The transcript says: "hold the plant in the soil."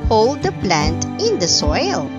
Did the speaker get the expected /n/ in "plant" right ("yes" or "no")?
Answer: yes